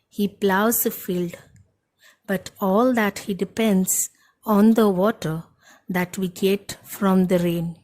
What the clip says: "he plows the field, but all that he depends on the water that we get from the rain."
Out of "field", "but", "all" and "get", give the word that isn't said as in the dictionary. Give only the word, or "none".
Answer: none